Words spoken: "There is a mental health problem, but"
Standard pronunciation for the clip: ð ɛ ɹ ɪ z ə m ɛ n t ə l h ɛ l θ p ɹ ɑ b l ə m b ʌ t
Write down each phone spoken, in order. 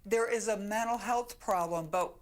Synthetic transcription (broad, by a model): ð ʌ ɹ ɪ z ə m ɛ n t l h ɛ l θ p ɹ ɑ b l ə m b ʌ t